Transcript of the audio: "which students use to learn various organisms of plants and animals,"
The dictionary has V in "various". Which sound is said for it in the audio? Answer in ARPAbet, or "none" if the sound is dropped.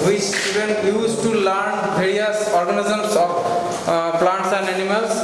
B